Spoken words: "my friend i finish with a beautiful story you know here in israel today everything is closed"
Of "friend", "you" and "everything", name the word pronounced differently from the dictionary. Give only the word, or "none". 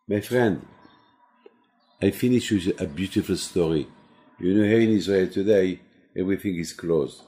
none